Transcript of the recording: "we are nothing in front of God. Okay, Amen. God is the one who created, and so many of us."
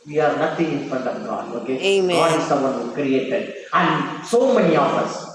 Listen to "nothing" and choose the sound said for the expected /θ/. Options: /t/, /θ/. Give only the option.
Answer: /t/